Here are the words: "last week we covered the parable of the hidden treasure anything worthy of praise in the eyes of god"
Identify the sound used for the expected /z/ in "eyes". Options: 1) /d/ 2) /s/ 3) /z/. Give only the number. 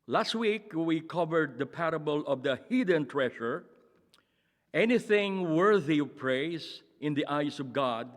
2